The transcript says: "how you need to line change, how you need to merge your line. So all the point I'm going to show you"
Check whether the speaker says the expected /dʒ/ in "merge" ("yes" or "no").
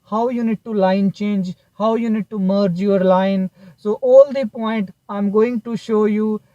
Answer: yes